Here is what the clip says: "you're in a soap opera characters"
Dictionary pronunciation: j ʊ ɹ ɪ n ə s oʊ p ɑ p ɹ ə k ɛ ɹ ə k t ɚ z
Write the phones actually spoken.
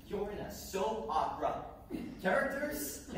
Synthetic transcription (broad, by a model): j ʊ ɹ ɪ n ə s oʊ ɑ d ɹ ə k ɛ ɹ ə k t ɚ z